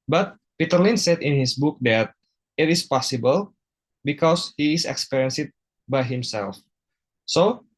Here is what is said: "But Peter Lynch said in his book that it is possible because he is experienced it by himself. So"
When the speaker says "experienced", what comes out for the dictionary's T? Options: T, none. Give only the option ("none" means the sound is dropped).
none